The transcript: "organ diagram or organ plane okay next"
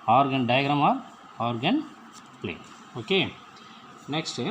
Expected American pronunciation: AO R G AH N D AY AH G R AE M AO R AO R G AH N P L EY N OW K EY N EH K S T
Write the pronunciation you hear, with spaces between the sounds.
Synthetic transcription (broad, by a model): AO R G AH N D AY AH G R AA M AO R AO R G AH N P L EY OW K EY N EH K S T